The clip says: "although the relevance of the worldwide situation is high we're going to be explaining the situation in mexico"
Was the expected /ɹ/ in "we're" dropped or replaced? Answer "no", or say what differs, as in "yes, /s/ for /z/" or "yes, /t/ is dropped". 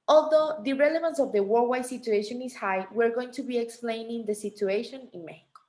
no